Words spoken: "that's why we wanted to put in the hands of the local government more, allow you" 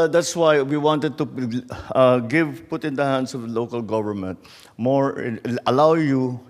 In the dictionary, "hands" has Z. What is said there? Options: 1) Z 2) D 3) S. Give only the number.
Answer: 3